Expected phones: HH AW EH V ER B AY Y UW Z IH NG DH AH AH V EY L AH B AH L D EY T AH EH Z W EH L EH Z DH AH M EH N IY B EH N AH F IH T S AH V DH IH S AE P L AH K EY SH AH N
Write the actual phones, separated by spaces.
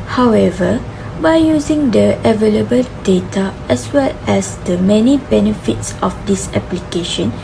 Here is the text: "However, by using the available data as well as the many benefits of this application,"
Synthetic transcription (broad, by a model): HH AW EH V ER B AY Y UW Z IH NG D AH AH V EY L AH B AH L D EY T AH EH S W EH L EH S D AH M EH N IY B EH N AH F IH T S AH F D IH S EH P L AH K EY SH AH N